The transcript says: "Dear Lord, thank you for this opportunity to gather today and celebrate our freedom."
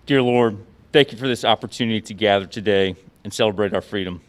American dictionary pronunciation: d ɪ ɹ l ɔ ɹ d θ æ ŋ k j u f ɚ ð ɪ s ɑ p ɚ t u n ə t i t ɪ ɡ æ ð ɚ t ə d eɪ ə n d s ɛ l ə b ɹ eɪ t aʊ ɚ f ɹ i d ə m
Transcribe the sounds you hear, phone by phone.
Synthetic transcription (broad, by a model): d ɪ ɹ l ɔ ɹ d θ æ ŋ k j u f ɚ ð ɪ s ɑ p ɚ t u n ə t i t ɪ ɡ æ ð ɚ t ə d eɪ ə n s ɛ l ə b ɹ eɪ t aʊ ɚ f ɹ i d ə m